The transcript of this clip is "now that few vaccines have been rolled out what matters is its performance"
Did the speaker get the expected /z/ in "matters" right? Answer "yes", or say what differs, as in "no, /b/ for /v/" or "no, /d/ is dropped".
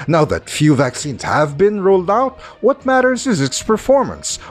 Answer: yes